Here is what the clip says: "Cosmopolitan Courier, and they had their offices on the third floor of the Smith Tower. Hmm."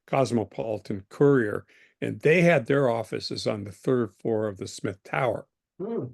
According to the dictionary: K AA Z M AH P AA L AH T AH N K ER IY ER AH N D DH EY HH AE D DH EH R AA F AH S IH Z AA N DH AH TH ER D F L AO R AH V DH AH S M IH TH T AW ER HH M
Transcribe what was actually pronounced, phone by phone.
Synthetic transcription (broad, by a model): K AA Z M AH P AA L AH T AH N K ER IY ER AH N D DH EY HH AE D DH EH R AA F AH S IH Z N DH AH TH ER D F L AO R AH V DH AH S M IH TH T AW ER